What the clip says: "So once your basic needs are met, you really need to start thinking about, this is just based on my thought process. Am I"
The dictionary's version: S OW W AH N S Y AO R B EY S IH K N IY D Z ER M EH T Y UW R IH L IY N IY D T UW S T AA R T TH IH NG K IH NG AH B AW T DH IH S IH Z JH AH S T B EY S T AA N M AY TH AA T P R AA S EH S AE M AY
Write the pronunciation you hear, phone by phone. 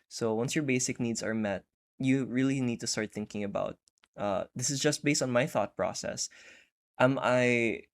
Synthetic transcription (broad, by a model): S OW W AH N S Y AO R B EY S IH K N IY D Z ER M EH T Y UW R IH L IY N IY D T UW S T AA R T TH IH NG K IH NG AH B AW T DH IH S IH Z JH AH S T B EY S T AA N M AY TH AA T P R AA S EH S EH M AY